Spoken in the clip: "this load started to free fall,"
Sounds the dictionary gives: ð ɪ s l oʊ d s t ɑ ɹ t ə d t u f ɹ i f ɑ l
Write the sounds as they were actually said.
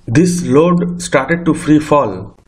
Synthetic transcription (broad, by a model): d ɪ s l oʊ d s t ɑ ɹ t ə d t u f ɹ i f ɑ l